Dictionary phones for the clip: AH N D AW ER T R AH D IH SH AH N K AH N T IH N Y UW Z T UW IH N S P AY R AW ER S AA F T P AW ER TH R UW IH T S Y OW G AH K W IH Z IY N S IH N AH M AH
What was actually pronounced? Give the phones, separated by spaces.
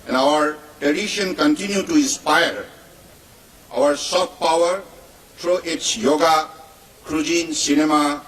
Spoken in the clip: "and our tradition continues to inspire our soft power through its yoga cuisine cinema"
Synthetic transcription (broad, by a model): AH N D AW ER T R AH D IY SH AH N K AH N T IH N Y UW T UW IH N S P AY R AW ER S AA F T P AW ER T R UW T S Y OW G AH K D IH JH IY N S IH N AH M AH